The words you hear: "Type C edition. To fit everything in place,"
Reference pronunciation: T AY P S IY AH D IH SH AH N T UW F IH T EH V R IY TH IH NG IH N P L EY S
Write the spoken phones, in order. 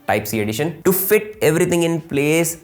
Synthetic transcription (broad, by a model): T AY P S IY AH D IH SH AH N T UW F IH T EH V R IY T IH NG IH N P L EY S